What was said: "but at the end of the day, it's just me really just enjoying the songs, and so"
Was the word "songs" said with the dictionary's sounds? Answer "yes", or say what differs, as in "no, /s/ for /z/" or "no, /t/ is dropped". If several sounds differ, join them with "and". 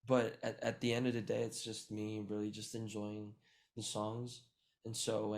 yes